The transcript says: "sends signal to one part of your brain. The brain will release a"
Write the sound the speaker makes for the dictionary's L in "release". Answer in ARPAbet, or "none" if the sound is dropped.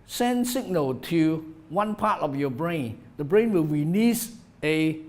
N